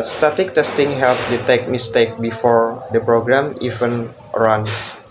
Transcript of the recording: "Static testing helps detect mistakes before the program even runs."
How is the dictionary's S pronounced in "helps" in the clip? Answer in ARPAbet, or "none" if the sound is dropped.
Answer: none